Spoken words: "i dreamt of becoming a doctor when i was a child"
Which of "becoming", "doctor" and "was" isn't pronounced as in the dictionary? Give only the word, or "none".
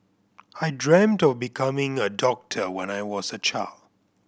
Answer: none